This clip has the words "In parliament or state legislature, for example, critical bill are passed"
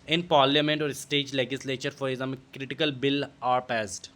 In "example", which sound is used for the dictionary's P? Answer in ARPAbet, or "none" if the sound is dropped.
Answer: none